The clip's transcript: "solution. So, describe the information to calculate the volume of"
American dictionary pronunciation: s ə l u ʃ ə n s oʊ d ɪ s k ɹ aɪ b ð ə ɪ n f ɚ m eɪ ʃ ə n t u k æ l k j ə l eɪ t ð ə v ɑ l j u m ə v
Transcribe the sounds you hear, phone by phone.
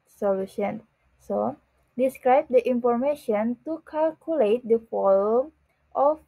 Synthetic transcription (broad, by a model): s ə l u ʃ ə n s oʊ d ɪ s k ɹ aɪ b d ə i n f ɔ m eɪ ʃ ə n t u k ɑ l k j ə l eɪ t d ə f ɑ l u m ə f